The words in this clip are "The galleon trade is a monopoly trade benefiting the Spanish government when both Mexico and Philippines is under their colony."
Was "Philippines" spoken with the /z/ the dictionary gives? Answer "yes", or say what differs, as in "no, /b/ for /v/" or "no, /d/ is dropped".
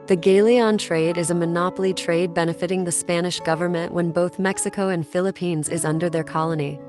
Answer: yes